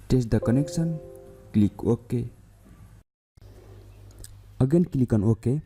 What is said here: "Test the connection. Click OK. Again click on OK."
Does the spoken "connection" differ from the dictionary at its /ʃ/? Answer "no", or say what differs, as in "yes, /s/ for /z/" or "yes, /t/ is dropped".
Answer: yes, /s/ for /ʃ/